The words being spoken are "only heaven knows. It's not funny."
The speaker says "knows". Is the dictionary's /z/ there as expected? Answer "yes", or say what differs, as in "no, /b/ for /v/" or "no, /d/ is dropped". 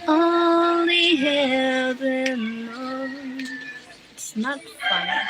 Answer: no, /z/ is dropped